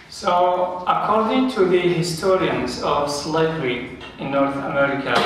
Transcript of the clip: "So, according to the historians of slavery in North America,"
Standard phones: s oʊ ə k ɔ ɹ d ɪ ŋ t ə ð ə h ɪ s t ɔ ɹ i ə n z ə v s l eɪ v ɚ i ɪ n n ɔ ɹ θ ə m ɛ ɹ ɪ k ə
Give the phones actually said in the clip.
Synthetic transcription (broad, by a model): s oʊ ə k ɔ ɹ d ɪ ŋ t ə ð ə h ɪ s t ɔ ɹ i ə n z ə v s l eɪ v ɚ i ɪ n n ɔ ɹ θ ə m ɛ ɹ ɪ k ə